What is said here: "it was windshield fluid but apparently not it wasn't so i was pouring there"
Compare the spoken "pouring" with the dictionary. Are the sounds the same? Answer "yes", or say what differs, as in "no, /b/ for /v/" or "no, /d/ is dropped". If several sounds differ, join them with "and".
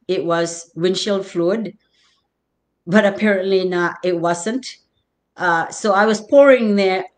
yes